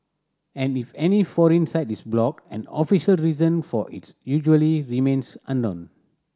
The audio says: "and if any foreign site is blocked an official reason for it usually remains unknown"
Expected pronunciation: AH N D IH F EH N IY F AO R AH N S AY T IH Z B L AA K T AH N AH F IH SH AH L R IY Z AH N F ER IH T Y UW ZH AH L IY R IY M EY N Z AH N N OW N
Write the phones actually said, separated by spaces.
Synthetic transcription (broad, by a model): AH N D IH F EH N IY F AO R AH N S AY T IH S B L AA K AH N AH F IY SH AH L R IY Z AH N F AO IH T Y UW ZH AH L IY R IY M EY N S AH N N OW N